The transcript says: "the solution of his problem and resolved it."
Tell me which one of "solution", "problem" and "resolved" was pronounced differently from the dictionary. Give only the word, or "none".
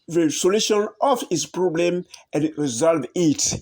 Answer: resolved